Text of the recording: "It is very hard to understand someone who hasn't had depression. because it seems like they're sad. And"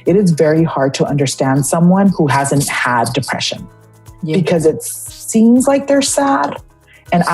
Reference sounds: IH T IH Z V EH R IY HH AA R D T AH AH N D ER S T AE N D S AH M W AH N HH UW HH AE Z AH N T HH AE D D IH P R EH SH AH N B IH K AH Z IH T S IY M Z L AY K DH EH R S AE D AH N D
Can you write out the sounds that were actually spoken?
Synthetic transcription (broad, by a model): IH T IH Z V EH R IY HH AA R D T AH AH N D ER S T AE N D S AH M W AH N HH UW HH AE Z AH N T HH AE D D IH P R EH SH AH N B IH K AH Z IH T S IY M Z L AY K DH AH R S AE D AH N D